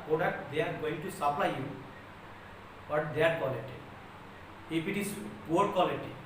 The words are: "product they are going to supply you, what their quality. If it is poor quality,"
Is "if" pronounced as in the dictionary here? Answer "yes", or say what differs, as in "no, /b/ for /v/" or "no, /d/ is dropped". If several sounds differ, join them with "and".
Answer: no, /p/ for /f/